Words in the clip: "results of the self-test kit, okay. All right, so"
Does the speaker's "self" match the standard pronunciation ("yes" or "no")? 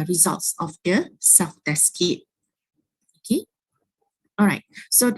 no